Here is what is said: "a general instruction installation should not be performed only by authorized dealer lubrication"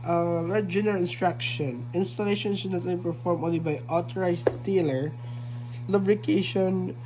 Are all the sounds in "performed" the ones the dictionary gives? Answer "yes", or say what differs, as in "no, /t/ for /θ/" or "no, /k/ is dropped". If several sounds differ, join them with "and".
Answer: no, /d/ is dropped